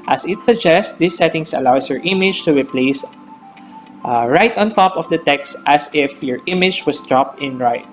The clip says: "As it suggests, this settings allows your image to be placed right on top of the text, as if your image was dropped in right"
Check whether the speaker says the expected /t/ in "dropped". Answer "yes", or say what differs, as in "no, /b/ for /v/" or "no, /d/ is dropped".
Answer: yes